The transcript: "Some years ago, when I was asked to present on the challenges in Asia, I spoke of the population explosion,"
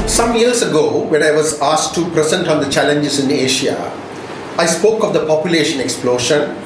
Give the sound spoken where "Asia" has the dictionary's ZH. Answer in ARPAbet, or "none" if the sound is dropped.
SH